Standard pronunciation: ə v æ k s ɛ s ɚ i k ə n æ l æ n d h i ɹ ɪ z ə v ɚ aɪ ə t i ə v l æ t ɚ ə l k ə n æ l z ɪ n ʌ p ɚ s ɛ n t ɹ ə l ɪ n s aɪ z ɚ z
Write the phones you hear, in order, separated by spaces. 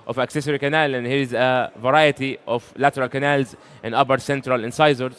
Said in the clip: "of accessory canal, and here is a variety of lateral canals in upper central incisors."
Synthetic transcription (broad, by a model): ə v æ k s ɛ s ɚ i k ə n æ l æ n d h i ɹ ɪ z ə v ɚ aɪ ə t i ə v l æ t ɚ ə l k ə n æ l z ɪ n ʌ b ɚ s ɛ n t ɹ ə l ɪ n s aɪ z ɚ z